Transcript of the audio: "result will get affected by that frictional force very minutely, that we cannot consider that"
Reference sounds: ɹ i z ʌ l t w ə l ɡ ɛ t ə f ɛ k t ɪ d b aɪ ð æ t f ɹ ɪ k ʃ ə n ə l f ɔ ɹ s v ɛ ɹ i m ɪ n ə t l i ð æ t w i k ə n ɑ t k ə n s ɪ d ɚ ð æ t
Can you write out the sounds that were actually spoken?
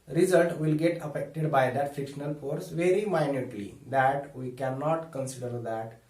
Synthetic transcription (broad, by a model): ɹ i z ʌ l t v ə l ɡ ɛ t ə f ɛ k t ɪ d b aɪ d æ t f ɪ k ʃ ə n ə l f ɔ ɹ s v ɛ ɹ i m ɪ n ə t l i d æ t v i k ə n ɑ t k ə n s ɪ d ɚ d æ t